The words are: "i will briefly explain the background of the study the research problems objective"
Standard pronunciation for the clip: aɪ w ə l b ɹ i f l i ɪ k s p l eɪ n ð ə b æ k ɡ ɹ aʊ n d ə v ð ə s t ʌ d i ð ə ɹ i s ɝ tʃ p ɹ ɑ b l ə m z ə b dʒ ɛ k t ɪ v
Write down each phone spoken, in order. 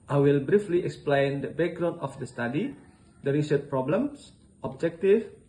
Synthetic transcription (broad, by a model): aɪ w ə l b ɹ i f l i ɪ k s p l eɪ n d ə b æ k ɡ ɹ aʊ n ə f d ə s t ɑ d i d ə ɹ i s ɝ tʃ p ɹ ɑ b l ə m s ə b dʒ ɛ k t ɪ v